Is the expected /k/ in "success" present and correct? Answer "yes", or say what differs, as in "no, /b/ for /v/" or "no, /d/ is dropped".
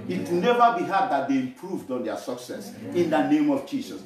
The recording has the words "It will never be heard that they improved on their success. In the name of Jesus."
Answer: yes